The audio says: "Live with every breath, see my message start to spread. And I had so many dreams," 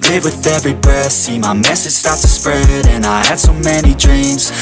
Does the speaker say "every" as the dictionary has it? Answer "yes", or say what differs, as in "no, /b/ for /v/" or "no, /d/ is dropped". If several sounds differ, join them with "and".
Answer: yes